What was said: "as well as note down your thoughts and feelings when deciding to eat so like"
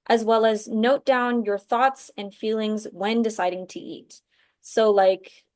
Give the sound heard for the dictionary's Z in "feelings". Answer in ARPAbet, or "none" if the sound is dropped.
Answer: Z